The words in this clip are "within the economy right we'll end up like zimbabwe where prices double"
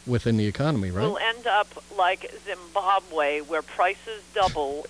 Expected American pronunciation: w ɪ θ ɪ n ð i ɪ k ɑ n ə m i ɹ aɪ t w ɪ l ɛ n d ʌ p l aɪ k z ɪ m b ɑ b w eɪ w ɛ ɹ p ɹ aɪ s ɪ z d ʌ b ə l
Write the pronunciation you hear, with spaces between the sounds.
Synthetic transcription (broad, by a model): w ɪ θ ɪ n ð i ɪ k ɑ n ə m i ɹ aɪ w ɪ l ɛ n d ʌ p l aɪ k z ɪ m b ɑ b w eɪ w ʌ ɹ p ɹ aɪ s ɪ z d ʌ b l